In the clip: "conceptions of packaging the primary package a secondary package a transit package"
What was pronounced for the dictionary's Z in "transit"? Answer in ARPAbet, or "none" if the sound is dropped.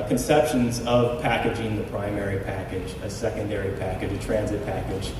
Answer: Z